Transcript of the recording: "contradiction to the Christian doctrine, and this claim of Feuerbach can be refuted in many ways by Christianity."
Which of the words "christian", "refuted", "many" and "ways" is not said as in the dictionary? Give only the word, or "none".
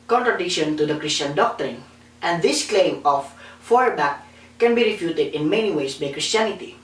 ways